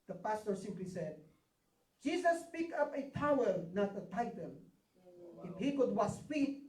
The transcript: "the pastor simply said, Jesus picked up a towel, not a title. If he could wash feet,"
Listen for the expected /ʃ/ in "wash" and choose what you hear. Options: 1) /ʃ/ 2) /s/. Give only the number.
2